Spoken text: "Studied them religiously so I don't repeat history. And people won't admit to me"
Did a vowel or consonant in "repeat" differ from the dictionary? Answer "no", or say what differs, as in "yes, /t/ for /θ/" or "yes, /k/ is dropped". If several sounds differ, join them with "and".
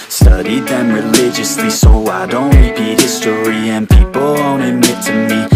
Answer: yes, /l/ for /ɹ/